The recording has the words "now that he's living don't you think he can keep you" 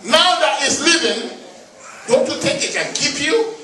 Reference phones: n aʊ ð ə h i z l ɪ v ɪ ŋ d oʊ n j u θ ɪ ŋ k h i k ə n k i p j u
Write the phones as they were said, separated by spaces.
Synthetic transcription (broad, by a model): n aʊ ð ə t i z l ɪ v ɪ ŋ d oʊ n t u t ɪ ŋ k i k ə n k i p j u